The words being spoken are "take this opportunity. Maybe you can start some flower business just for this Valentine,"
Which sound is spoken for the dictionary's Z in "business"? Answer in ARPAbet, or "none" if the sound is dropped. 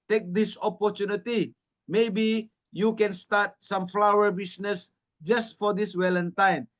S